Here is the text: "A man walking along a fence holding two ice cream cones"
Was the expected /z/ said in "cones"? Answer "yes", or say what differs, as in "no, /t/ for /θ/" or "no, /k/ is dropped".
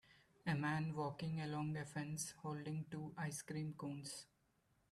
no, /s/ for /z/